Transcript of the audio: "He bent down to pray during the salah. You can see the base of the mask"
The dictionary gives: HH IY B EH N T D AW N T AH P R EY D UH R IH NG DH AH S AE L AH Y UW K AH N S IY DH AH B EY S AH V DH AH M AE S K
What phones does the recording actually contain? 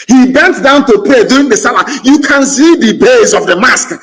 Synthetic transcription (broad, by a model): HH IY B EH N T D AW N T AH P EY D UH IH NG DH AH S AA L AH Y UW K AH N S IY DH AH B EY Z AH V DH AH M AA S K